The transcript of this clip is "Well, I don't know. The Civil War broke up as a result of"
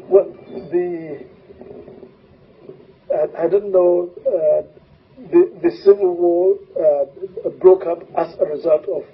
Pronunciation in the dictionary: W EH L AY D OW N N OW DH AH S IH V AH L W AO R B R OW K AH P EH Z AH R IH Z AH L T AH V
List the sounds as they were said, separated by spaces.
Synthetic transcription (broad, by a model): W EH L AY D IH N N OW DH AH S IH V AH L W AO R B R OW K AH P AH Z AH R IH Z AH L T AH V